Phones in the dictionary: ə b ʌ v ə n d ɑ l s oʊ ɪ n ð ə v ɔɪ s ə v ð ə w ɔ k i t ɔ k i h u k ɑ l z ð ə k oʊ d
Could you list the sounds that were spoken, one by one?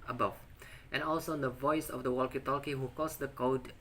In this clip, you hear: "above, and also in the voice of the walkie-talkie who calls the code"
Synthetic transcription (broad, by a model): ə b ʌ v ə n ɑ l s oʊ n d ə v ɔɪ s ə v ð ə w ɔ k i t ɔ k i h u k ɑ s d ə k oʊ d